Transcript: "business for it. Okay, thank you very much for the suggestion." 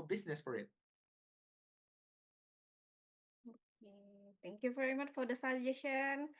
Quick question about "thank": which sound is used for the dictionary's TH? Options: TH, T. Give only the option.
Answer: T